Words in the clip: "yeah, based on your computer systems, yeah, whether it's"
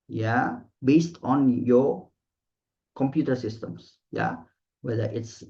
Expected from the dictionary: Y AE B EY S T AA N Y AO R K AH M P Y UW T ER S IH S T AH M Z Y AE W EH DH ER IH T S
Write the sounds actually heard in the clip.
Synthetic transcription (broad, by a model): Y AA B EY S T AA N Y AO K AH M P Y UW T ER S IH S T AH M S Y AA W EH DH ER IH T S